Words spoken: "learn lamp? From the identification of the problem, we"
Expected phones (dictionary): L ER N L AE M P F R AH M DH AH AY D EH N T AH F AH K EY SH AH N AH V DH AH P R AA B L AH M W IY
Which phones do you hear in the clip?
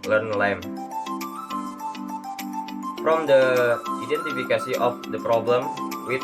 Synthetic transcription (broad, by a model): L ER N L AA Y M F R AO M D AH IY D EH N T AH F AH K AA S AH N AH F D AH P R AA B L AH M W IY